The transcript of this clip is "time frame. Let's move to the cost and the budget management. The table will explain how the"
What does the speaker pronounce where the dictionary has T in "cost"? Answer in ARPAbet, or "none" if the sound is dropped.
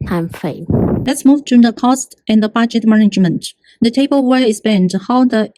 T